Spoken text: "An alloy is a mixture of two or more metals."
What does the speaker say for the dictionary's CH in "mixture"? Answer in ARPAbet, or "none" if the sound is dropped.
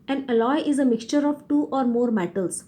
CH